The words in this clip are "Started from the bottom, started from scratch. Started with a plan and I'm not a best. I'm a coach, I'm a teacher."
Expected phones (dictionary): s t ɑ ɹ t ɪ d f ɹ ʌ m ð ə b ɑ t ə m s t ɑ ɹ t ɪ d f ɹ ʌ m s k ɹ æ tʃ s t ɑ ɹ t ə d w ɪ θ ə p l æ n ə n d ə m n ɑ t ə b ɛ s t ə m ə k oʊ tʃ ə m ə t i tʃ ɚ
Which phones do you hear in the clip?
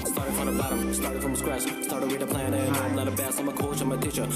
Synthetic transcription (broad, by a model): s t ɑ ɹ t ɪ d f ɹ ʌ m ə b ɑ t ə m s t ɑ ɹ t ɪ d f ɹ ʌ m s k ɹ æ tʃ s t ɑ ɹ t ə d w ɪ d ə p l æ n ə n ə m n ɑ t ə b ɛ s ə m ə k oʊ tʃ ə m ə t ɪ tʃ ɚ